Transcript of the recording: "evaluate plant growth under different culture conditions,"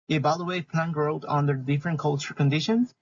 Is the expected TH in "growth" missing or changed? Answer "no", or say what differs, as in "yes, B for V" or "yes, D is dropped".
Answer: yes, T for TH